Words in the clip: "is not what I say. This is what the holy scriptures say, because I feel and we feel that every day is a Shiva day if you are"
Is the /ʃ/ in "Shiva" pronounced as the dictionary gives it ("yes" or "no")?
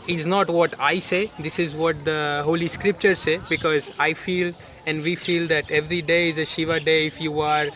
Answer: yes